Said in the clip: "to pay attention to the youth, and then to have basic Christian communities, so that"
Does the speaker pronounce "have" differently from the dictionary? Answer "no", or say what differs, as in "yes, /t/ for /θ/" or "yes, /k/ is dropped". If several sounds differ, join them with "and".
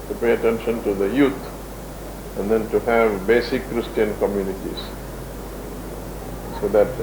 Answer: no